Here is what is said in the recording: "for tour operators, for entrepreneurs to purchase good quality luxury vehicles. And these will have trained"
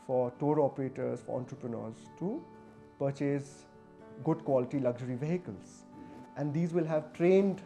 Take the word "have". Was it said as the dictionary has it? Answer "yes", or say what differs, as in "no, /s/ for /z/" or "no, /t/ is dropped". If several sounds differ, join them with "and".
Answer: yes